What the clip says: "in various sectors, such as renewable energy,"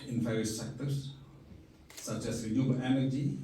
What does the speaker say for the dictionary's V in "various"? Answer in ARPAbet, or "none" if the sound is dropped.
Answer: F